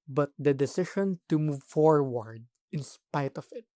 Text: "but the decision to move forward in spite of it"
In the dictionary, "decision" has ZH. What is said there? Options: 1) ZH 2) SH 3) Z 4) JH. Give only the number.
2